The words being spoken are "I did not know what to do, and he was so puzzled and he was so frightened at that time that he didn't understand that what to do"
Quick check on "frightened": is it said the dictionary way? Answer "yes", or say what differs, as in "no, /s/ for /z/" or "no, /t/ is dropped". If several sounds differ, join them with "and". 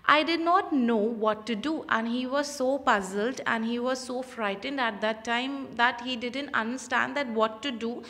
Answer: yes